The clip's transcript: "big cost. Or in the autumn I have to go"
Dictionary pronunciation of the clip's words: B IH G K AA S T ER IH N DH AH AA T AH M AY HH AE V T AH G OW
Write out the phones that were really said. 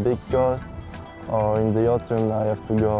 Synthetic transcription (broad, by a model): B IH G K AA S T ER IH N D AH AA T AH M AY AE F T AH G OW